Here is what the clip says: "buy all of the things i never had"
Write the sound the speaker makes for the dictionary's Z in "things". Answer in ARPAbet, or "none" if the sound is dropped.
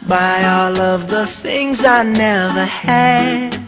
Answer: Z